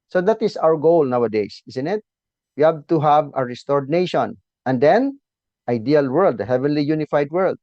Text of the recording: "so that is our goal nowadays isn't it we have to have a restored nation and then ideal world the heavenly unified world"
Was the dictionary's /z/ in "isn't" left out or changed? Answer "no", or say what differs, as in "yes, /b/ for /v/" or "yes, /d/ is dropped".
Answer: yes, /s/ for /z/